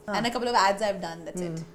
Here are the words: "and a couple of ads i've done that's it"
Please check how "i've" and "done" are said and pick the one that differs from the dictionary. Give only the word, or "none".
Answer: none